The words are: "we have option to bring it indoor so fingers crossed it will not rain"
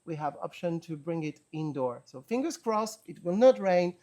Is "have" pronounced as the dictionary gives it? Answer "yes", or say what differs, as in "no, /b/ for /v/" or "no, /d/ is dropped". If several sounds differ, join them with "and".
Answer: yes